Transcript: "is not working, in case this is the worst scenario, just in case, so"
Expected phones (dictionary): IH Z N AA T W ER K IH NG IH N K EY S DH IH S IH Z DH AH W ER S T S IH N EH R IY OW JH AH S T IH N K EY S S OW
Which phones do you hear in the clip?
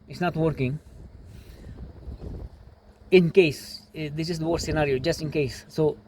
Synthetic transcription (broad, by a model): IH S N AA T W ER K IH NG IH N K EY S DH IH S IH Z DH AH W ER T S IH N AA R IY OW JH AH S T IH N K EY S S OW